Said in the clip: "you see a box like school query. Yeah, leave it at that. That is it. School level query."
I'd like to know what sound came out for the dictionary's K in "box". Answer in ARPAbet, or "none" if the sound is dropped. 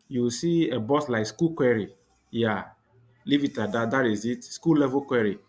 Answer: none